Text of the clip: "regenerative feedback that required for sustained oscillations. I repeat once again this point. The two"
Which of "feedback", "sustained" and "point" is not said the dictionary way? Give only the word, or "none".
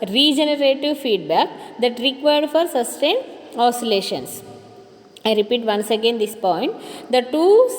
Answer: sustained